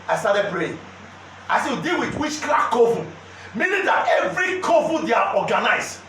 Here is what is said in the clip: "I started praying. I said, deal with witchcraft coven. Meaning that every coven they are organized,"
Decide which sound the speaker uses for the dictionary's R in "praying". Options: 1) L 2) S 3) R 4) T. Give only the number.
1